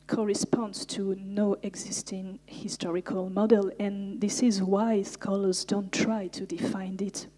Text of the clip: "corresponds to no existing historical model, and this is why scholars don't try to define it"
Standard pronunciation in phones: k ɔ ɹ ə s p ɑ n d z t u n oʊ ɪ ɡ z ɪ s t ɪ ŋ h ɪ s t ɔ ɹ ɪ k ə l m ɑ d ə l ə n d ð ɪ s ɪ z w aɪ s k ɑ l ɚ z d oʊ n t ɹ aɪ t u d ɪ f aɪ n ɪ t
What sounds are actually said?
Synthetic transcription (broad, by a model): k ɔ ɹ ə s p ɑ n d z t u n oʊ ɪ ɡ z ɪ s t ɪ ŋ h ɪ s t ɔ ɹ ɪ k ə l m ɑ d ə l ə n ð ɪ s ɪ z w aɪ s k ɑ l ɚ z d oʊ n t ɹ aɪ t u d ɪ f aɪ n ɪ t